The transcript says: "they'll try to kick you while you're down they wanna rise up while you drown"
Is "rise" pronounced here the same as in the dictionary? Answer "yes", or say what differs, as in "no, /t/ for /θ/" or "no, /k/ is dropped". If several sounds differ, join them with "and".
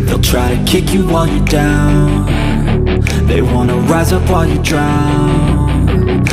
yes